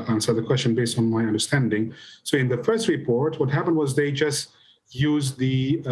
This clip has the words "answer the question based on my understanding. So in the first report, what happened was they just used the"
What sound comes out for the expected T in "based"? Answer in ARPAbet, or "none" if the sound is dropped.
T